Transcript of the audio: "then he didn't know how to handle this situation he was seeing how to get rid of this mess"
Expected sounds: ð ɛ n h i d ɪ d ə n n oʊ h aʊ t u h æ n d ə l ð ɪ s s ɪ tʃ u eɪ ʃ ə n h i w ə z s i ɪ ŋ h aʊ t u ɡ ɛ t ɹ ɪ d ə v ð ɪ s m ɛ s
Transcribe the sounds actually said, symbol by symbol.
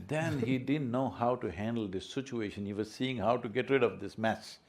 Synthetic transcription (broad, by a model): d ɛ n h i d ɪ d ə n n oʊ h aʊ t u h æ n d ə l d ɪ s s ɪ tʃ u eɪ ʃ ə n h i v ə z s i ɪ ŋ h aʊ t u ɡ ɛ t ɹ ɪ d ə v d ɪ s m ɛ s